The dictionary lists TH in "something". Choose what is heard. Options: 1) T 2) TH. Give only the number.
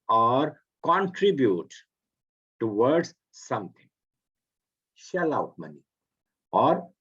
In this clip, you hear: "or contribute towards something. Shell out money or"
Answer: 1